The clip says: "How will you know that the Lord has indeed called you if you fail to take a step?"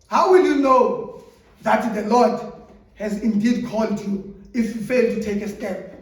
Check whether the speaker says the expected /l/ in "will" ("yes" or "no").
yes